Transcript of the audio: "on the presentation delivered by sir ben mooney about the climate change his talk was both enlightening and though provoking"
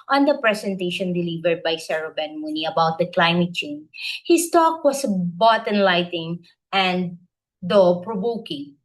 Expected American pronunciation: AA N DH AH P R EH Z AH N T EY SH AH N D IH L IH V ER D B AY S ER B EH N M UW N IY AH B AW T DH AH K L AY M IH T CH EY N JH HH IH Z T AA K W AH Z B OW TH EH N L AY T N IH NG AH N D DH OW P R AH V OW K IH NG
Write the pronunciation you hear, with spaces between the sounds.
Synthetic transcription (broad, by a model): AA N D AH P R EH S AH N T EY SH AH N D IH L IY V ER D B AY S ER B EH N M UW N IY AH B AW T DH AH K L AY M IH T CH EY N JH HH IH S T AA K W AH S B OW T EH N L AY T IH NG AH N D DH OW P R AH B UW K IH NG